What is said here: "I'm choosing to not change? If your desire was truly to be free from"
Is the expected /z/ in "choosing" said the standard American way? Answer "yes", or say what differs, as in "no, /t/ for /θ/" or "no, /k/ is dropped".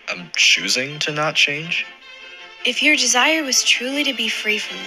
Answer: yes